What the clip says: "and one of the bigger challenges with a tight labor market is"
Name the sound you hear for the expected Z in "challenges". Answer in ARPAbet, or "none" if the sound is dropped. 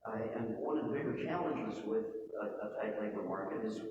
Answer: Z